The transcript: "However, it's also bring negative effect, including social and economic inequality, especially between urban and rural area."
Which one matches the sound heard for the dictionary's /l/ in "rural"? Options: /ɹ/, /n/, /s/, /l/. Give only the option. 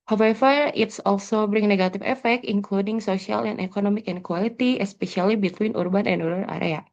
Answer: /n/